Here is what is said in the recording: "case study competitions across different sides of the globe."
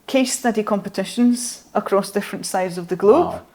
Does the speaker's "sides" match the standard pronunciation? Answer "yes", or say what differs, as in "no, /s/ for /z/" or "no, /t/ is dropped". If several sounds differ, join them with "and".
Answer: yes